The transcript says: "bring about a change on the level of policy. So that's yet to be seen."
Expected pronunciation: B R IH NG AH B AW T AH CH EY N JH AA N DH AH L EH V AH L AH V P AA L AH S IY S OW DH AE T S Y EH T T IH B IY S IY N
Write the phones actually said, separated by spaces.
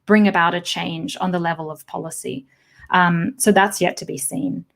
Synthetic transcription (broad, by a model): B R IH NG AH B AW T AH CH EY N JH N DH AH L EH V AH L AH V P AA L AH S IY S OW DH AE T S Y EH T T IH B IY S IY N